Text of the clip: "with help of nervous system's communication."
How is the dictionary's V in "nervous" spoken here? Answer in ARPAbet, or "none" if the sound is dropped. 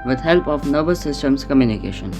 B